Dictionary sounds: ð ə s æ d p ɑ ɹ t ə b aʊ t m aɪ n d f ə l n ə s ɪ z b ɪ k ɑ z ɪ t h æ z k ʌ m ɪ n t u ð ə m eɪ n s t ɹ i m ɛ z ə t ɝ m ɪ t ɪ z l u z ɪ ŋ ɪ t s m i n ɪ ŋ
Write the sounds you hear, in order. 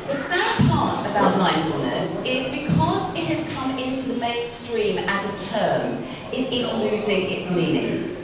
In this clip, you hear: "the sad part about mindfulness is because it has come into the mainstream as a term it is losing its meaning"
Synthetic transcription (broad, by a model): ð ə s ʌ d p ɑ t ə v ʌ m aɪ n f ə l n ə s ɪ z b ɪ k ɑ z ɪ t h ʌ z k ʌ m ɪ n t u ð ə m eɪ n s t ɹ i m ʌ z ə t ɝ m ɪ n ɪ s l u z ɪ ŋ ɪ t s m i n ɪ ŋ